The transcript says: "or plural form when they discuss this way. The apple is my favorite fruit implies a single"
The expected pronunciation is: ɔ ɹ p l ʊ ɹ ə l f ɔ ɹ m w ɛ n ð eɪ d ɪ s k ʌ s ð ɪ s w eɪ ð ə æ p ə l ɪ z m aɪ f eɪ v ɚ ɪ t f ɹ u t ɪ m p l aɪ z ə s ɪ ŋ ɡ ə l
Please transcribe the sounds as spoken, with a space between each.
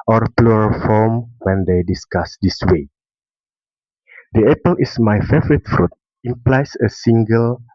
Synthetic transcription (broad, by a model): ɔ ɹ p l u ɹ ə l f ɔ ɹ m w ɛ n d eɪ d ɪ s k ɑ s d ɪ s w eɪ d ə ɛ p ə l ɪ s m aɪ f eɪ v ɚ ɪ t f ɹ u t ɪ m p l aɪ s ə s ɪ ŋ ɡ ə l